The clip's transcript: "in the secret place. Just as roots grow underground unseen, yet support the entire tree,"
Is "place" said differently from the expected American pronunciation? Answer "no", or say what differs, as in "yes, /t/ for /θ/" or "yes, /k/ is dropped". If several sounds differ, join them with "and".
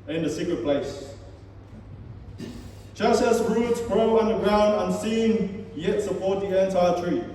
no